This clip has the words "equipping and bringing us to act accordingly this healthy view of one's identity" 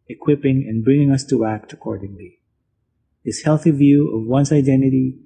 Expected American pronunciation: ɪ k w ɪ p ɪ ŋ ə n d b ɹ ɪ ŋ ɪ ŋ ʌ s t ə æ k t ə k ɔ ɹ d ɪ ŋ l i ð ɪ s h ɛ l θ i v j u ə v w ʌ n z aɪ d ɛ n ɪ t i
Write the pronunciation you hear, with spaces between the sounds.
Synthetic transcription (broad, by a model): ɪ k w ɪ p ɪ ŋ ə n b ɹ ɪ ŋ ɪ ŋ ʌ s t ə æ k t ə k ɔ ɹ d ɪ ŋ l i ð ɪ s h ɛ l θ i v j u ə v w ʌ n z aɪ d ɛ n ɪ t i